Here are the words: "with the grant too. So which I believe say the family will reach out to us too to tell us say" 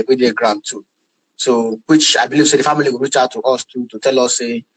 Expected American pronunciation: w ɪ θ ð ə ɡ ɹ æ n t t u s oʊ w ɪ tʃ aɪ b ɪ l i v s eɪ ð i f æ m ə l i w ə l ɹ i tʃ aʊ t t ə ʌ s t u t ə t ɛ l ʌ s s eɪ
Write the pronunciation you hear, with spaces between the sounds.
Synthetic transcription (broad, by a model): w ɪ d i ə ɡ ɹ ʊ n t t u s oʊ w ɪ tʃ aɪ b ɪ l i v s eɪ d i f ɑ m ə l i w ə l ɹ i tʃ aʊ t t ə s t u t ə t ɛ l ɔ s s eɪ